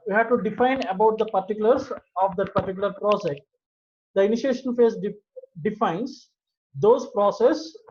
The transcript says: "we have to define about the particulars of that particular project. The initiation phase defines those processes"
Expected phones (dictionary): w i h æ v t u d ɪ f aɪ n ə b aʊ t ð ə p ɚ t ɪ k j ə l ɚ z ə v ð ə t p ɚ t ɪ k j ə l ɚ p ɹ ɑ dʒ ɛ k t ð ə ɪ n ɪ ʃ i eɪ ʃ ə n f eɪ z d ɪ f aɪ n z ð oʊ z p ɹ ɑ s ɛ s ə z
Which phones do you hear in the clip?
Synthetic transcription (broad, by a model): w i h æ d t u d ɪ f aɪ n ə b aʊ t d ə p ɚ t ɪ k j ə l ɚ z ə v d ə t p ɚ t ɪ k j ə l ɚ p ɹ ɑ dʒ ɛ k t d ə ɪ n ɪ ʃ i eɪ ʃ ə n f eɪ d d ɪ f aɪ n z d oʊ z p ɹ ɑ s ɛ s